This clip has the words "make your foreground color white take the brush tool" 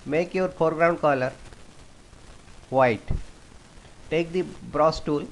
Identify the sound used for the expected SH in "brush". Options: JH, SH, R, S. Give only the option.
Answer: S